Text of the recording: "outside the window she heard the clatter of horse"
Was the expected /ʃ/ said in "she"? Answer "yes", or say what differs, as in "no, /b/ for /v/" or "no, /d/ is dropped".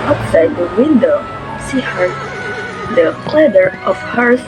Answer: no, /s/ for /ʃ/